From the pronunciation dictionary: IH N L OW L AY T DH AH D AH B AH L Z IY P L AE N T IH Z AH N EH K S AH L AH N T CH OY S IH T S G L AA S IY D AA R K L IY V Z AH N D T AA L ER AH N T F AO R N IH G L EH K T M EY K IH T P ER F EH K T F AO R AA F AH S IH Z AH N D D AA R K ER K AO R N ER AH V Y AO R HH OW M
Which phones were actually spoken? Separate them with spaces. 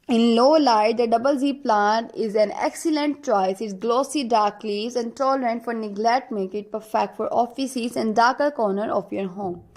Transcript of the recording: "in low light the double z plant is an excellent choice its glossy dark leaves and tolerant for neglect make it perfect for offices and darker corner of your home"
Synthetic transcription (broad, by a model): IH N L OW L AY T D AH D AH B AH L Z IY P L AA N T IH Z AH N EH K S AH L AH N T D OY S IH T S G L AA S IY D AA R K L IY V Z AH N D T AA L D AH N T F AO R N IH G L EH K T M EY K IH T P ER F EH K T F AO R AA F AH S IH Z AH N D D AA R K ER K AO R N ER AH F Y AO R HH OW M